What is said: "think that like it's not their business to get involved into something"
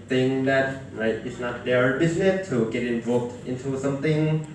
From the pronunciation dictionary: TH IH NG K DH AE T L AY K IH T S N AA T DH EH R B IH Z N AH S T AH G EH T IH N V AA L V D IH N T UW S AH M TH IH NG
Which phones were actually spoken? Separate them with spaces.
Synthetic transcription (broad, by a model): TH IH NG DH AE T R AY IH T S N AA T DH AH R B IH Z N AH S T AH G EH T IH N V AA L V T IH N T UW S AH M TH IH NG